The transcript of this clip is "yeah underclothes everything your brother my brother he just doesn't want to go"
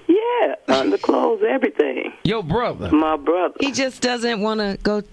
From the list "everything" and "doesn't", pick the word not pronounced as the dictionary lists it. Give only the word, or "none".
none